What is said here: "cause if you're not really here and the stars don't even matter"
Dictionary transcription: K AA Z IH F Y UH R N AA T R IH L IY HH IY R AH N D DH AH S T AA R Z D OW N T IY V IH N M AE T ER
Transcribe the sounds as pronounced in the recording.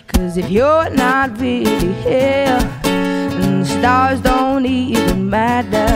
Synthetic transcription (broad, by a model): K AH Z IH F Y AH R N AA T R IH L IY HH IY L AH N DH AH S T AA R Z D OW N T IY V IH N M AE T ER